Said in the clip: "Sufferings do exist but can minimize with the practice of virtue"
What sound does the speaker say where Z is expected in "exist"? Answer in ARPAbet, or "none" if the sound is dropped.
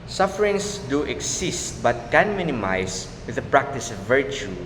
S